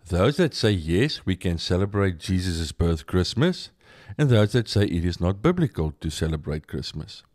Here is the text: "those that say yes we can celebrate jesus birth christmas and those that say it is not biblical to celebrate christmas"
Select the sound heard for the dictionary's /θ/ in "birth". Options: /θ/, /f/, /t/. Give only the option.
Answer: /θ/